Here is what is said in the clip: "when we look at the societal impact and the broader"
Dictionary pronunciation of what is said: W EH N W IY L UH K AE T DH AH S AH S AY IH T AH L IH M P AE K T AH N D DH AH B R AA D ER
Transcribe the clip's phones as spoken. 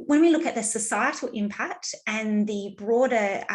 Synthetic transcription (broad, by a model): W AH N W IY L UH K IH T DH AH S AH S AY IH T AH L IH M P AE K T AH N DH AH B R AA D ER